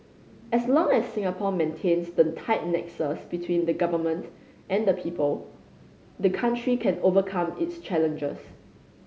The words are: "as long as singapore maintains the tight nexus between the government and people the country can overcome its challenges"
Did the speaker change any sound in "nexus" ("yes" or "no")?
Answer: no